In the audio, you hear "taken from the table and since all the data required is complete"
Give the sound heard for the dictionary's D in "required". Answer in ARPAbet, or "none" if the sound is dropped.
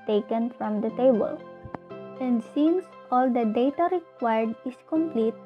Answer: D